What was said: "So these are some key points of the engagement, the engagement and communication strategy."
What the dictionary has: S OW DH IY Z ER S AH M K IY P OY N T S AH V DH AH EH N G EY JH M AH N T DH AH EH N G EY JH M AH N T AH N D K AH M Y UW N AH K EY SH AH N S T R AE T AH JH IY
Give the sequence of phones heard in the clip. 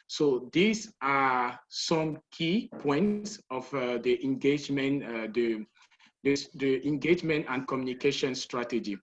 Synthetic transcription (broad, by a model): S OW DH IY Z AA S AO M K IY P OY N T S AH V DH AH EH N G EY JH M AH N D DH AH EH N G EY JH M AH N T AH N D K AH M Y UW N AH K EY SH AH N S T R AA T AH JH IY